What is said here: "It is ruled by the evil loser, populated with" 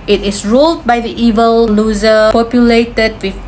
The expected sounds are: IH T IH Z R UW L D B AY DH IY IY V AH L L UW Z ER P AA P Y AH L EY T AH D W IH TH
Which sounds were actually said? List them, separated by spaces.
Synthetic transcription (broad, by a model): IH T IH S R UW L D B AY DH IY IY V AH L L UW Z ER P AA P Y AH L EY T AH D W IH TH